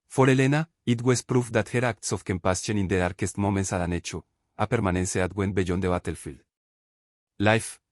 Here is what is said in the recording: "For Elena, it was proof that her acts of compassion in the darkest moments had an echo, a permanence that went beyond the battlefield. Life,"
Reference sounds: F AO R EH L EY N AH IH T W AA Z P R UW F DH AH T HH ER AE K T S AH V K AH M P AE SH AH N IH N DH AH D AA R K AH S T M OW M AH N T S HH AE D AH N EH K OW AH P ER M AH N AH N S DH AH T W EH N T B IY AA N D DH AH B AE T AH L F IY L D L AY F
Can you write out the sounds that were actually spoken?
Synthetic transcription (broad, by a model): F AO R EH L EY N AH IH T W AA S P R UW F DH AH T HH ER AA K T S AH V K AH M P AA S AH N IH N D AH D AA R K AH S T M OW M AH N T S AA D AH N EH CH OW AH P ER M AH N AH N S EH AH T W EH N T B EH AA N D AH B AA T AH L F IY L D L AY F